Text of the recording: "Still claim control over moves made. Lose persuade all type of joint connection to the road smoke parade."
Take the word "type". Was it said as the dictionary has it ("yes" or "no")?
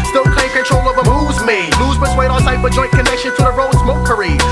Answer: no